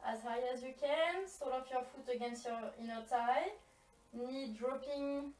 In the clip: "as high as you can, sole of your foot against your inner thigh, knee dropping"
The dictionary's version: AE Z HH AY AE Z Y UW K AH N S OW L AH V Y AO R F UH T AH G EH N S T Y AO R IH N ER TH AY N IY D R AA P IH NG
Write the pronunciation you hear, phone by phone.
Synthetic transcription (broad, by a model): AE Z HH AY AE Z Y UW K AH N S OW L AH P Y AO R F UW T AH G EH N S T Y AO R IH N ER T AY N IY D R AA P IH NG